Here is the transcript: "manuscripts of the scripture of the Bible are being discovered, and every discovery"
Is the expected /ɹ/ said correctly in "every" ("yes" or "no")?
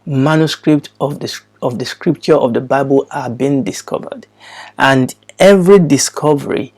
yes